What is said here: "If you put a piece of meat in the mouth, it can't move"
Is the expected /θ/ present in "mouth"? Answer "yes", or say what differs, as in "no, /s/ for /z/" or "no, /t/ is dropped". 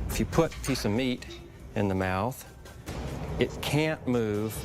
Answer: yes